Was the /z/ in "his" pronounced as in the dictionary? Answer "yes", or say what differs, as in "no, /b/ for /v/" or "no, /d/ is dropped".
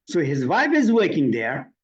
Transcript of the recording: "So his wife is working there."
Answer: yes